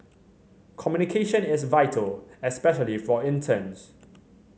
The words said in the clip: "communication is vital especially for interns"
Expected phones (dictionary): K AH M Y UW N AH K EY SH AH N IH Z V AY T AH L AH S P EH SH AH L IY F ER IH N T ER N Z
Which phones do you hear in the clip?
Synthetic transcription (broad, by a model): K AH M Y UW N AH K EY SH AH N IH S V AY T AH L AH S P EH SH AH L IY F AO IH N T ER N S